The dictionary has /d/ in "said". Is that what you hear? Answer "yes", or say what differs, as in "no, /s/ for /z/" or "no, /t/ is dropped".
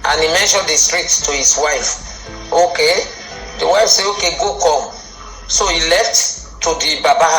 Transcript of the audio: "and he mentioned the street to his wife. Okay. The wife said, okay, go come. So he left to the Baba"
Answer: no, /d/ is dropped